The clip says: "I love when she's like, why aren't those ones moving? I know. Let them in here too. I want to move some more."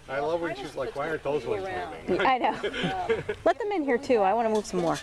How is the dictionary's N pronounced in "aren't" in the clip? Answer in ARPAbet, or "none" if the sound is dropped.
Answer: none